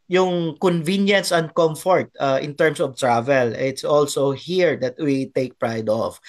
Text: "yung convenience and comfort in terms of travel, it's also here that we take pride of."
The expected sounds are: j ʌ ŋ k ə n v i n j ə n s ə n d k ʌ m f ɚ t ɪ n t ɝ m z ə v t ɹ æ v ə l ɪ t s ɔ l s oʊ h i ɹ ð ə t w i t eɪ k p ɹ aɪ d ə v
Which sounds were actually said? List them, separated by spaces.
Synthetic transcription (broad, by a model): j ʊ ŋ k ə n v i n j ə n s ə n k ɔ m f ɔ t ɪ n t ɝ m s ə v t ɹ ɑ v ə l ɪ t s ɔ l s oʊ h i ɹ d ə t w i t eɪ k p ɹ aɪ d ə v